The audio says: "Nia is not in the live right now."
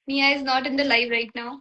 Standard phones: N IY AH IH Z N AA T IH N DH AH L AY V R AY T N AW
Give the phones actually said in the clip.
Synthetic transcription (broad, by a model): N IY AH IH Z N AA T IH N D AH L AY F R AY T N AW